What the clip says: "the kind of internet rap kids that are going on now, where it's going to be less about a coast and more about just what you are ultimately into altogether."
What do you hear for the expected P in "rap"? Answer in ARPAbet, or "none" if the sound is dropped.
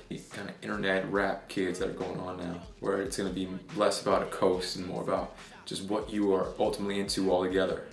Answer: P